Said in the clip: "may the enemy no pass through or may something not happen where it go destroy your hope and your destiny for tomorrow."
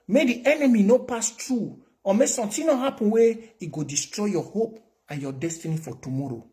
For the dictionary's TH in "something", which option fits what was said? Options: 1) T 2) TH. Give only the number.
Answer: 1